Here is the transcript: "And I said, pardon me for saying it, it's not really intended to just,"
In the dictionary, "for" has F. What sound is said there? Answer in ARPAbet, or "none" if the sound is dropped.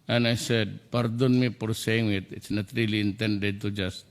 P